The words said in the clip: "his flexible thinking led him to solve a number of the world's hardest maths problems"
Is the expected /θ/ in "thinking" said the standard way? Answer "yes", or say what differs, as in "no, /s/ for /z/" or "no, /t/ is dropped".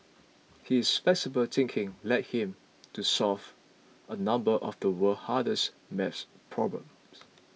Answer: no, /t/ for /θ/